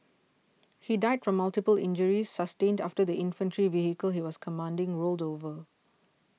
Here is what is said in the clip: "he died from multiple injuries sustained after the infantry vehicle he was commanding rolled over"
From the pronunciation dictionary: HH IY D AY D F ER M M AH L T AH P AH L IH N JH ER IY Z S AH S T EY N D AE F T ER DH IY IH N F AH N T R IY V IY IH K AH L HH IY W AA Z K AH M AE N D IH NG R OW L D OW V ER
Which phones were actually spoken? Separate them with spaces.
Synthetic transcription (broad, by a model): HH IY D AY D F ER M M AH L T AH P AH L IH N JH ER IY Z S AH S T EY N D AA F T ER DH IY IH N F AH N T R IY V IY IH K AH L HH IY W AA S K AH M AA N D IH NG R OW L D OW V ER